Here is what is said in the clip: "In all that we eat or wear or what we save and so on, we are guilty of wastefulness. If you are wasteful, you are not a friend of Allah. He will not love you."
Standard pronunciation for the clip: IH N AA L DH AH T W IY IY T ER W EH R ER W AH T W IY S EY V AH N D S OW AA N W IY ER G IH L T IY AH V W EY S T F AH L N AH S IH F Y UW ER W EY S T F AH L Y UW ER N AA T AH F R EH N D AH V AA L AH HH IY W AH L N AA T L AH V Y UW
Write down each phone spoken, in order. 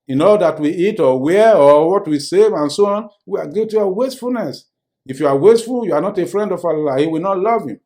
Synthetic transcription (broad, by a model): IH N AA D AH T W IY IY T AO W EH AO W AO T W IY S EY V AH N S OW AA N W IY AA G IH T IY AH W EY S T F AH L N AH S IH F Y UW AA W EY S T F AH L Y UW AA N AA T AH F R EH N D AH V AA L AH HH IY W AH N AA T L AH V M